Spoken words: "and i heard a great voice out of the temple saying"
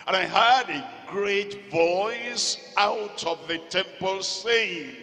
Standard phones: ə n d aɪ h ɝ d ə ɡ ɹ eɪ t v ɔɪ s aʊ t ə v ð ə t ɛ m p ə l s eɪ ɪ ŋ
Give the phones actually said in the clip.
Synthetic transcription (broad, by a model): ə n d aɪ h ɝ d ə ɡ ɹ eɪ t v ɔɪ s aʊ t ə v ð ə t ɛ m p ə l s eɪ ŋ